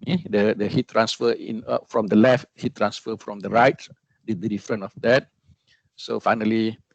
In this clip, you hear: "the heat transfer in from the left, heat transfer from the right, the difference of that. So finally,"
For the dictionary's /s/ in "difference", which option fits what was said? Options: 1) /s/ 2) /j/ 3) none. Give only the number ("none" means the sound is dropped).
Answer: 3